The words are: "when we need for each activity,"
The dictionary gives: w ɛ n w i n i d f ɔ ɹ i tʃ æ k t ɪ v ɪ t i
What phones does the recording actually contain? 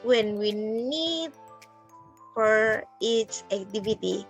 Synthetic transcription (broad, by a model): w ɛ n w i n i d f ɔ ɹ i s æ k t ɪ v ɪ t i